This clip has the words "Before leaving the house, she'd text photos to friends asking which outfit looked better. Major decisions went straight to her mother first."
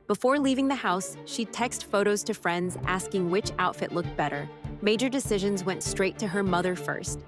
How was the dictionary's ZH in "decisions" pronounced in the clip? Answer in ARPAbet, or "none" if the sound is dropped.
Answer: ZH